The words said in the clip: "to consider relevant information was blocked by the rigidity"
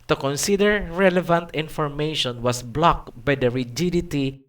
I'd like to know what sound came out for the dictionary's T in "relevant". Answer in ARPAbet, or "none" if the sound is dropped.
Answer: T